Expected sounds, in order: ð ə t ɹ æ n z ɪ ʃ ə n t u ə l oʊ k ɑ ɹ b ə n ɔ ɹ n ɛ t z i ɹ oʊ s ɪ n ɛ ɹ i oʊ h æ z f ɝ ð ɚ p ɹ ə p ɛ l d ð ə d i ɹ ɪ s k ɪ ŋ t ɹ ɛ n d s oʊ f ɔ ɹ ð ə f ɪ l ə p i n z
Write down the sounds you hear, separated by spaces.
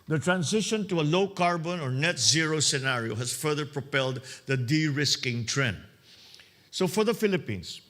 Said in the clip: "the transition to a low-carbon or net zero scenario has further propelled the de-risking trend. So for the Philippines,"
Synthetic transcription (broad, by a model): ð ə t ɹ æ n s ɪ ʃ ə n t u ə l oʊ k ɑ ɹ b ə n ɔ ɹ n ɛ t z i ɹ oʊ s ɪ n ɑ ɹ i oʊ h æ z f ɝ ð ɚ p ɹ ə p ɛ l d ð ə d i ɹ ɪ s k ɪ ŋ t ɹ ɛ n d s oʊ f ɔ ɹ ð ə f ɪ l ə p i n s